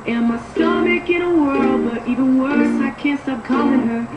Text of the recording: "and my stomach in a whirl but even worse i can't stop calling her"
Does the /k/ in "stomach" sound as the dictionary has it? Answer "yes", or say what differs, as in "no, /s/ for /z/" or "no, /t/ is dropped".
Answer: yes